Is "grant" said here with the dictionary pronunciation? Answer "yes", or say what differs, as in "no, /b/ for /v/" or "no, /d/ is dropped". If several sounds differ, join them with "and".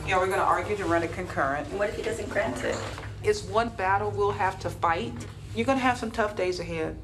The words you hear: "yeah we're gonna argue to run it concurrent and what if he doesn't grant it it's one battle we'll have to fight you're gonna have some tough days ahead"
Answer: yes